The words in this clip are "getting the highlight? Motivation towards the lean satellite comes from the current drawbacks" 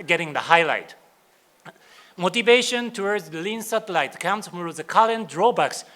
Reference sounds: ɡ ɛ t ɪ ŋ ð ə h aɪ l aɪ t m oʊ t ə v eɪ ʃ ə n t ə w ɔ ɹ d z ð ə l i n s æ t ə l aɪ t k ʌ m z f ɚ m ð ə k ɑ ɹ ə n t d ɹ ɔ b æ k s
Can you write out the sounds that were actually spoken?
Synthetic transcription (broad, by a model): ɡ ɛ t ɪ ŋ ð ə h aɪ l aɪ t m oʊ t ə v eɪ ʃ ə n t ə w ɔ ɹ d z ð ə l i n s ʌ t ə l aɪ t k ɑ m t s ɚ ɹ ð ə k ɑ l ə n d ɹ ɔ b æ k s